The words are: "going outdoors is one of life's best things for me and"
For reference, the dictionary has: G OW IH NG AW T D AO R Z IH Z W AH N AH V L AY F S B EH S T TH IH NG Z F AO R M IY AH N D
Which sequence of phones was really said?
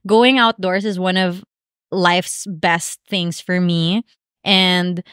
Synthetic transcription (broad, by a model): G OW IH NG AW T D AO R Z IH Z W AH N AH V L AY F S B EH S T TH IH NG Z F AO R M IY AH N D